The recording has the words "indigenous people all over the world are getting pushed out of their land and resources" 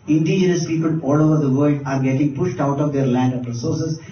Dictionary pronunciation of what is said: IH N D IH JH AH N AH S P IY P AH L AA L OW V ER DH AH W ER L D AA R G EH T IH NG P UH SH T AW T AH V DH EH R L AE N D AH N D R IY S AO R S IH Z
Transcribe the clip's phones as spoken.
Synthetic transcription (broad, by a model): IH N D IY JH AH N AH S P IY P AH L AA L OW V ER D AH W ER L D AA R G EH T IH NG P UH SH T AW T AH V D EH R L AE N D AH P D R S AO R S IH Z